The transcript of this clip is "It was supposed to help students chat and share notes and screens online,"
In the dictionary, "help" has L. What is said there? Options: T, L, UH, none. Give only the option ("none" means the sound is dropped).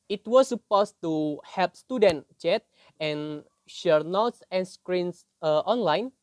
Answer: none